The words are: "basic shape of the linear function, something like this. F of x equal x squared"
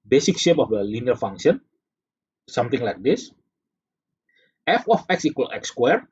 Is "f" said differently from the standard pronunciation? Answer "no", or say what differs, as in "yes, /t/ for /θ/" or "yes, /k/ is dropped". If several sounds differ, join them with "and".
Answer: no